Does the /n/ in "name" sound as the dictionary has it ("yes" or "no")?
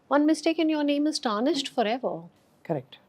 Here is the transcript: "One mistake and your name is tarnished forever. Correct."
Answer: yes